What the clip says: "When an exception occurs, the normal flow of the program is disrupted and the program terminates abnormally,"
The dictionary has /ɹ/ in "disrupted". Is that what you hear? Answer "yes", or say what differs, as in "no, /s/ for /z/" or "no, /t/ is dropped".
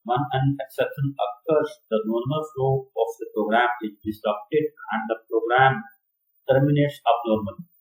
no, /ɹ/ is dropped